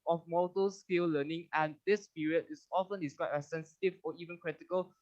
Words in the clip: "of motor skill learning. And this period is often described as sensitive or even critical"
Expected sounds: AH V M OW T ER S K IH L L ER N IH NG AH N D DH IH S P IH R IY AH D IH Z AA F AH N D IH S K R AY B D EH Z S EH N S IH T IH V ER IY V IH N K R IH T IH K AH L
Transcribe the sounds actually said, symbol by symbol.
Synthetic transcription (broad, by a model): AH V M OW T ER S K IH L L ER N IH NG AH N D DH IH S P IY R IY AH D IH S AA F AH N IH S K AY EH S EH N S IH T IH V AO IY V IH N K R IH T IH K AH L